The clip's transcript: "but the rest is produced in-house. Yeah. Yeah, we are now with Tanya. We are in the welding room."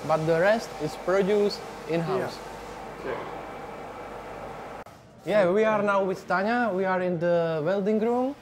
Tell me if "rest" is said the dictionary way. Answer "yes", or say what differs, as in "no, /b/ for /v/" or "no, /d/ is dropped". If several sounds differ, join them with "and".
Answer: yes